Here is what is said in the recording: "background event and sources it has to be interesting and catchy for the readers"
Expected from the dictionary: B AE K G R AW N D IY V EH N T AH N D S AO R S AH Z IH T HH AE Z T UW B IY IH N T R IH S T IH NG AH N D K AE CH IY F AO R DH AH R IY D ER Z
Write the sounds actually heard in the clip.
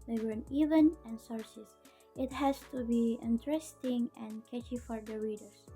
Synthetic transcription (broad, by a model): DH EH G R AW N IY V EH N AH N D S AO R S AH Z IH T HH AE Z T UW B IY IH N T R IH S T IH NG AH N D K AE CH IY F AO R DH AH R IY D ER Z